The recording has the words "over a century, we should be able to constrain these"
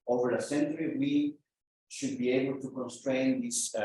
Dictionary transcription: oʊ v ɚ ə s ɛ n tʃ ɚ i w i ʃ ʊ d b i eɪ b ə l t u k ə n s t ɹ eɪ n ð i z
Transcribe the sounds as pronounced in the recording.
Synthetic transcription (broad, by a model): oʊ v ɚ ə s ɛ n tʃ ɚ i w i ʃ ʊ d b i eɪ b ə l t u k ə n s t ɹ eɪ n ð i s